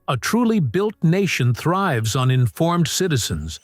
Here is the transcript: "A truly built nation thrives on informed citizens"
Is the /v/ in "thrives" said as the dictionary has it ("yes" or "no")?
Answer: yes